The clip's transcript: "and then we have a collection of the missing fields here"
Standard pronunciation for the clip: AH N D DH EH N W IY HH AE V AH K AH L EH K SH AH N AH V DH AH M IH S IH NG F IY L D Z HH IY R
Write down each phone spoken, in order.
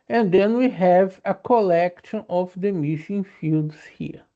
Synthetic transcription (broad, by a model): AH N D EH N W IY HH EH V AH K AH L EH K SH AH N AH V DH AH M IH SH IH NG F IY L D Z HH IY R